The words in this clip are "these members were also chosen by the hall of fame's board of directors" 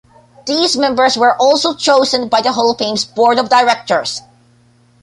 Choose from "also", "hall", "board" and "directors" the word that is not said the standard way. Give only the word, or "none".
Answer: directors